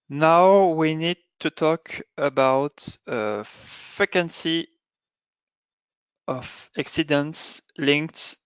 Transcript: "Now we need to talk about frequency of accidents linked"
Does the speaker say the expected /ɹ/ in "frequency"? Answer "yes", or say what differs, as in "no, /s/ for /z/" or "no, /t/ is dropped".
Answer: no, /ɹ/ is dropped